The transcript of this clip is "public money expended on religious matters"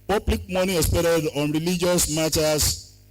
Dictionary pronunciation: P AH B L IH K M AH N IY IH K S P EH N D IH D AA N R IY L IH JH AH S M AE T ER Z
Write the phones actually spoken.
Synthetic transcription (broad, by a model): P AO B L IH K M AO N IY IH S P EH D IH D AA N R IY L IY JH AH S M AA T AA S